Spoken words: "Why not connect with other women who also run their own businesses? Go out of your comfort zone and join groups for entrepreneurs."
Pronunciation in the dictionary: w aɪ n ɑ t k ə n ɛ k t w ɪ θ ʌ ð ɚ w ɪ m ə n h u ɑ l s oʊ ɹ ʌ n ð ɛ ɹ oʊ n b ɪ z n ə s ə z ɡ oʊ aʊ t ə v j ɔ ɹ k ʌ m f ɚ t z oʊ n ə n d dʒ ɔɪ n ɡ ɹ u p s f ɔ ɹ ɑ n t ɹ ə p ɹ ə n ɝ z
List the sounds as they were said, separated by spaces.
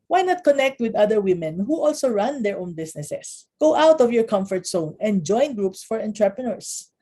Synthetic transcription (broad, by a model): w aɪ n ɑ t k ə n ɛ k t w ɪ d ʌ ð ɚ w ɪ m ə n h u ɑ l s oʊ ɹ ʌ n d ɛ ɹ oʊ n b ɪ s n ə s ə s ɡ oʊ aʊ t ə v j ɔ ɹ k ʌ m f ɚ t s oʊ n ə n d dʒ ɔɪ n ɡ ɹ u p s f ɔ ɹ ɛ n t ɹ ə p ɹ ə n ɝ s